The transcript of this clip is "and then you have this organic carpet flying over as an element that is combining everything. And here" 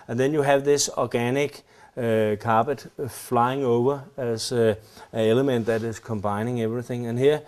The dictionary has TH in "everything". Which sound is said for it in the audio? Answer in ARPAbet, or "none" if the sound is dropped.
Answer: TH